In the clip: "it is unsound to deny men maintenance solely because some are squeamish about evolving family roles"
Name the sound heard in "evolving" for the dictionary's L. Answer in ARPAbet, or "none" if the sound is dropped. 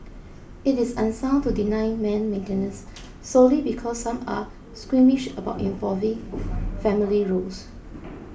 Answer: none